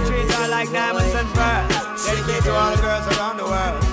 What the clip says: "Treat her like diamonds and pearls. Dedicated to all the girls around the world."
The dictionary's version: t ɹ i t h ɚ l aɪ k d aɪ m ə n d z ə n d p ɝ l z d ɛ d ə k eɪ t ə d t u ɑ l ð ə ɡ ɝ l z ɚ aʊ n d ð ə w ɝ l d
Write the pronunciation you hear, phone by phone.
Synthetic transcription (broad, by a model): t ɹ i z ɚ l aɪ k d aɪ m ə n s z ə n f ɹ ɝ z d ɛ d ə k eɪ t t u ɑ l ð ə ɡ ɝ l z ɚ aʊ n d ð ə w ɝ l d